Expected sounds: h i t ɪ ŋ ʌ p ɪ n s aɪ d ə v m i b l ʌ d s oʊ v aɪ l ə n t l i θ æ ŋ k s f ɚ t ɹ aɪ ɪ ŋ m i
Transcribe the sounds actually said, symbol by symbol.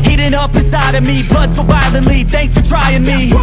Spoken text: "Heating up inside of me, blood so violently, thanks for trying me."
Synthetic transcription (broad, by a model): h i t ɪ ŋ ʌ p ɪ s aɪ d ə v m i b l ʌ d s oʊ b aɪ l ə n l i θ æ ŋ k s f ɚ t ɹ aɪ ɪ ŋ m i